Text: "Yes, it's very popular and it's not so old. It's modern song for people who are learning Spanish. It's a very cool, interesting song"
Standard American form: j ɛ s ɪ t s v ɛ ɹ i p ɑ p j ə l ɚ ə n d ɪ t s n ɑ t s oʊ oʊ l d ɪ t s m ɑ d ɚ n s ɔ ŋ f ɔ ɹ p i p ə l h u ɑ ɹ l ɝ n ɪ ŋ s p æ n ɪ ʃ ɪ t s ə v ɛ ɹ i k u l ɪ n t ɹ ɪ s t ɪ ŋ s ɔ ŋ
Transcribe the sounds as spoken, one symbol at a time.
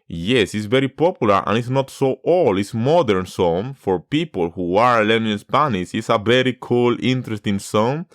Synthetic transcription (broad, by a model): j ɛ s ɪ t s v ɛ ɹ i p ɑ p j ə l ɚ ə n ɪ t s n ɑ t s oʊ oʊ l ɪ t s m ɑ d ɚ n s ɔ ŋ f ɔ ɹ p i p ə l h u ɑ ɹ l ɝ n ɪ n s p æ n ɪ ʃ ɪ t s ə v ɛ ɹ i k u l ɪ n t ɹ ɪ s t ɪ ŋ s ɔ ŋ